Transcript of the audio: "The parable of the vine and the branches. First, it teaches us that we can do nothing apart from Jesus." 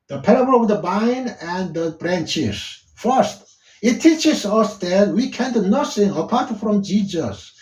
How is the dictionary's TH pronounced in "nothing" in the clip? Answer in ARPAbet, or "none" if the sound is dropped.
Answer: S